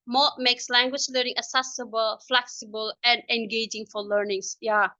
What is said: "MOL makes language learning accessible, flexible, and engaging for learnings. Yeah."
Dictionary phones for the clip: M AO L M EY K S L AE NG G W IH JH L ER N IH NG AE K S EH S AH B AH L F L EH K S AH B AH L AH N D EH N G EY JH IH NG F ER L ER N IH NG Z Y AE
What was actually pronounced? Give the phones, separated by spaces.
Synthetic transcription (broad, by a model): M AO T M EY K S L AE NG G W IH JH L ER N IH NG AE S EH S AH B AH L F L EH K S AH B AH L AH N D EH N G EY JH IH NG F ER L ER N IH NG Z Y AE